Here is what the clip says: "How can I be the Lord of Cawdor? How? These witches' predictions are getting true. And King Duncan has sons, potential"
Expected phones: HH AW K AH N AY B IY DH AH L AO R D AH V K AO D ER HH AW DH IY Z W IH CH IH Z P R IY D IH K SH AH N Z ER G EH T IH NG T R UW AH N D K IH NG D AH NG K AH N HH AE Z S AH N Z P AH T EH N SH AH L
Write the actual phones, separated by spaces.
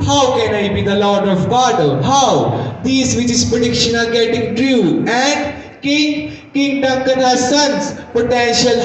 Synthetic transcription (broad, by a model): HH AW K AH N AY B IY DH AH L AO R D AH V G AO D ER HH AW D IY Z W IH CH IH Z P R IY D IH K SH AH N ER G EH T IH NG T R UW AH N D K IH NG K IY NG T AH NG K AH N S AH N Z P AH T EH N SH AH L